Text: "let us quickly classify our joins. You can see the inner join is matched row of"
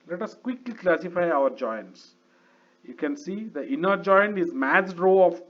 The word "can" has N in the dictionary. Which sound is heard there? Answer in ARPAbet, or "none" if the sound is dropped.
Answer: N